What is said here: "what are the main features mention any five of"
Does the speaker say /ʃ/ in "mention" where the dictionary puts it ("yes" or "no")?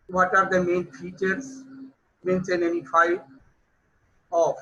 no